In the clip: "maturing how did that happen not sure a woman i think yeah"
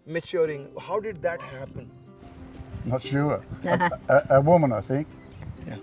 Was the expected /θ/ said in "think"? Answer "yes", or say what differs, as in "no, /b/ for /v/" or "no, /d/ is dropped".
yes